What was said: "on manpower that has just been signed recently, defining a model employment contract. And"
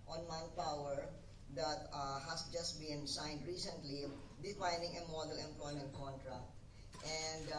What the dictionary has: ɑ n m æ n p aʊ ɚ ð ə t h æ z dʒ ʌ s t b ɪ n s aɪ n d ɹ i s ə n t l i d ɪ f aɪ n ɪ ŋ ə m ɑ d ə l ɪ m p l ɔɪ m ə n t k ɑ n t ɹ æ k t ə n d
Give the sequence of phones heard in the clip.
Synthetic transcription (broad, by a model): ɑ n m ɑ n p aʊ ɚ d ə t h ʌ s dʒ ʌ s t b ɪ n s aɪ n d ɹ i s ə n t l i d ɪ f aɪ n ɪ ŋ ə m ɑ d ə l ɪ m p l ɔɪ m ə n t k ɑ n t ɹ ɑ k t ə n d